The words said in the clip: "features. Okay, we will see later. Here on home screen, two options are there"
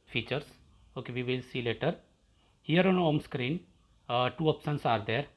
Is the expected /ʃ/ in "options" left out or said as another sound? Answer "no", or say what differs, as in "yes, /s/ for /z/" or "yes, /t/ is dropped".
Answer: yes, /s/ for /ʃ/